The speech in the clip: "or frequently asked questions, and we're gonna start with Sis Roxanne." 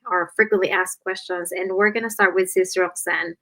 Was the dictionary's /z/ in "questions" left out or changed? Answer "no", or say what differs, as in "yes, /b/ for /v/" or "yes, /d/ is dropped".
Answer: no